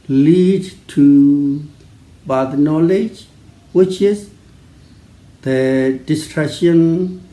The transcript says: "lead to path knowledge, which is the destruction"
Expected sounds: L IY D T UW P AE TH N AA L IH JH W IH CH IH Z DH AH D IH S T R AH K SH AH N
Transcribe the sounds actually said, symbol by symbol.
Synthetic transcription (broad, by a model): L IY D T UW B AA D N AA L IH JH W IH CH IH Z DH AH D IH S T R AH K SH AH N